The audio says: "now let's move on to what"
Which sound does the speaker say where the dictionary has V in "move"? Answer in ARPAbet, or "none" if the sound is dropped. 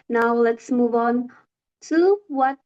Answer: V